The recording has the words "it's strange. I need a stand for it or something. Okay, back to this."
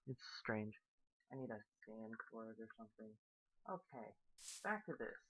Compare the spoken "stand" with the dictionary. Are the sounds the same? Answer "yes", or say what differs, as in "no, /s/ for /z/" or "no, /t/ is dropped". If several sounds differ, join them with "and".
no, /s/ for /t/